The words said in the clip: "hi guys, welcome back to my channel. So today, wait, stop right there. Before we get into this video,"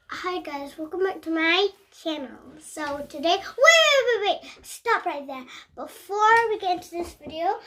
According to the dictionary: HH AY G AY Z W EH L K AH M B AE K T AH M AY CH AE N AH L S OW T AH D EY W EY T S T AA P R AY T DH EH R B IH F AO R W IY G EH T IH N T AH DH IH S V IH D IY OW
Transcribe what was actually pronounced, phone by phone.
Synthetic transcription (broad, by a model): HH AY G AY Z W EH L K AH M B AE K T AH M AY CH AE N AH L S OW T AH D EY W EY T S T AA P R AY T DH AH R B IH F AO R W IY G EH T IH N T AH DH IH S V IH D IY OW